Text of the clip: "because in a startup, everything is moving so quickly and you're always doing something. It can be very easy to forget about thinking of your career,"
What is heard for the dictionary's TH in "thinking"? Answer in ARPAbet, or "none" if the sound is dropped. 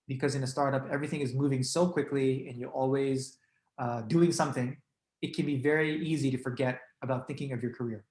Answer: TH